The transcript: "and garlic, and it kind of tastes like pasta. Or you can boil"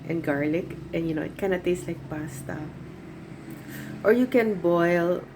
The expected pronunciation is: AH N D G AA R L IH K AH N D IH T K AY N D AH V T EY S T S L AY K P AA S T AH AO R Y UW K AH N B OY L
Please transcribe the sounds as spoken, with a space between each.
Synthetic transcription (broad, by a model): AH N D G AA R L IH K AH N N IH T K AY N AH T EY S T L AY K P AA S T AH AO R Y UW K AH N B OY L